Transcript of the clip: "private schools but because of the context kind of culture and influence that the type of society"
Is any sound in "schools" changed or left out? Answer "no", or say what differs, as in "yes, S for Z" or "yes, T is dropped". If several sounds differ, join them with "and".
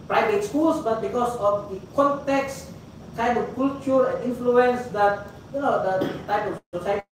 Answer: yes, S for Z